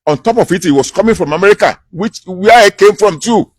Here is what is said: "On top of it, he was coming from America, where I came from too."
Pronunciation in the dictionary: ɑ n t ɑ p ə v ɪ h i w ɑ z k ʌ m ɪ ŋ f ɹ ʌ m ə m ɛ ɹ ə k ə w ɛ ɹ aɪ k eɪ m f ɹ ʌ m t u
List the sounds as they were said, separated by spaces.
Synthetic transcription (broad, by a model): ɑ n t ɑ p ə f ɪ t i w ɑ s k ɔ m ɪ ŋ f ɹ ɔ m ə m ɛ ɹ ə k ə w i w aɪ k eɪ m f ɹ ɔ m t u